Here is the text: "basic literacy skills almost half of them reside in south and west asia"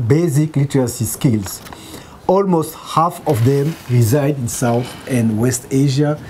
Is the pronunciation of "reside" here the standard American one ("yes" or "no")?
yes